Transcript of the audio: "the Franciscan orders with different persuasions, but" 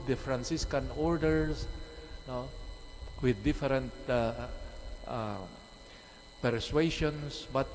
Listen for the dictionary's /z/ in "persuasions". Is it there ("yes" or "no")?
no